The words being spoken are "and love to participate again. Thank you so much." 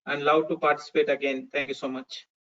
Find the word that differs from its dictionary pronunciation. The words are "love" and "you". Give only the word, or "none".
love